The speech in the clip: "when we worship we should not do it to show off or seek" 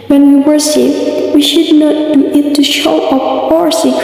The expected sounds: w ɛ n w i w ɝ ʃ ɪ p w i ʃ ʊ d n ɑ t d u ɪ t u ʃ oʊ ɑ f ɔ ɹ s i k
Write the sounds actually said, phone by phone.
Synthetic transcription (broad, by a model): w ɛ n w i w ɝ s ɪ f w i ʃ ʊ d n ɑ t d u ɪ t u ʃ oʊ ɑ p ɔ ɹ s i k